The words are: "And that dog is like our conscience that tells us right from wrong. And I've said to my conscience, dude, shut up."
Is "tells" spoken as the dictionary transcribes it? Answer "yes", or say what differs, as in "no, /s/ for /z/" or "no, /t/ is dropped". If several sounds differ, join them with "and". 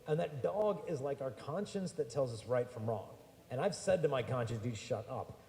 yes